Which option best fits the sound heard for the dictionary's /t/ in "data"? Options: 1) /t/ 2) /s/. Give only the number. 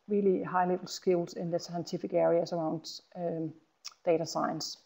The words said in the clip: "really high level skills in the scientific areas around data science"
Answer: 1